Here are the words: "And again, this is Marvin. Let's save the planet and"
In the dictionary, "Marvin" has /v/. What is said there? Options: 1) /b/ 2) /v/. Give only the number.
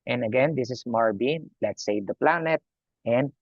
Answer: 1